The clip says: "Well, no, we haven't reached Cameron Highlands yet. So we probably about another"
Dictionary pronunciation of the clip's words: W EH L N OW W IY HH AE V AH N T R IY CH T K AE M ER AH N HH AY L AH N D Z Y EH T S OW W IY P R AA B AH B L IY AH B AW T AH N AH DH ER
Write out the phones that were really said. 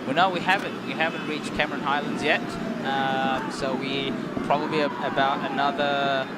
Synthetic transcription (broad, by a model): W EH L N OW W IY HH AE V AH N T W IY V T K AE M ER AH N HH AY L AH N D Z Y EH T S OW W IY P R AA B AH B L IY AH B AW T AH N AH DH ER